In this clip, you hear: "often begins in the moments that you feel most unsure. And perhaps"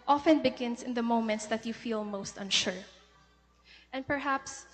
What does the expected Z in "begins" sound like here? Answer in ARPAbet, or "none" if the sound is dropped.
S